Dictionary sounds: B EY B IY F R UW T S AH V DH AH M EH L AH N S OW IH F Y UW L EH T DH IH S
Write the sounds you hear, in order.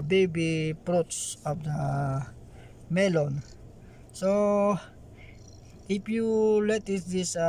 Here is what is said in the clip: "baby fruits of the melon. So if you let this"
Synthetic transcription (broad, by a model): B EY B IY P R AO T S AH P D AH M EH L AH N S OW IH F Y UW L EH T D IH S